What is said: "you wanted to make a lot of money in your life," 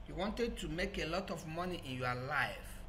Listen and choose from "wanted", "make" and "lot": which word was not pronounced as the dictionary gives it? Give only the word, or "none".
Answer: none